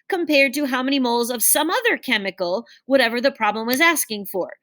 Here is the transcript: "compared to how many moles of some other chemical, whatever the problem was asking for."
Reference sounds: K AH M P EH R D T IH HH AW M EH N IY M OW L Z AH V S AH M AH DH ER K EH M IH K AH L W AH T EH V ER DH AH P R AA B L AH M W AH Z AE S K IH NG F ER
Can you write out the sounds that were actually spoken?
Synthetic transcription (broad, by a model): K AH M P EH R D T IH HH AW M EH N IY M OW L Z AH V S AH M AH DH ER K EH M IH K L W AH T EH V ER DH AH P R AA B L AH M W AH Z AE S K IH NG F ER